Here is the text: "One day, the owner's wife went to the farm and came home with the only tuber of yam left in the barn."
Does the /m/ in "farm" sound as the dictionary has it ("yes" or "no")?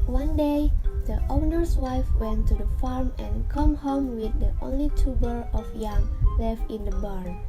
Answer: yes